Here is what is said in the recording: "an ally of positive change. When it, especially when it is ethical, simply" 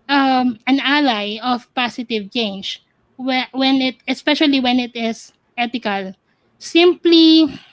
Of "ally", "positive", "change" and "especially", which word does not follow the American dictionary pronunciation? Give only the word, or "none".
positive